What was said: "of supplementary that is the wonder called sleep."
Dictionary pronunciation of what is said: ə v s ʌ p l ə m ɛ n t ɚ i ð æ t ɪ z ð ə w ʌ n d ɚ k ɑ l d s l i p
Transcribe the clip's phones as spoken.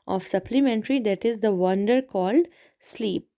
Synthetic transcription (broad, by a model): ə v s ʌ p l ə m ɛ n t ɚ i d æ t ɪ z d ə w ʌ n d ɚ k ɑ l d s l i p